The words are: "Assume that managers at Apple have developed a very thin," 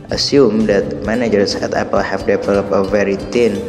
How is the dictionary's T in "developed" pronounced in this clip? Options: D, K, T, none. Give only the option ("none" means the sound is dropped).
none